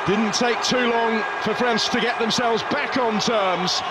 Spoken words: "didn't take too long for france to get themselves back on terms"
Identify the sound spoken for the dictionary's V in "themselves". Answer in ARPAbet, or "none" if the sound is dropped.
V